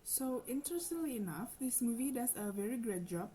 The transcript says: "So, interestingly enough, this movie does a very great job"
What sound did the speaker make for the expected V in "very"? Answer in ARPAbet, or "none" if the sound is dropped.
V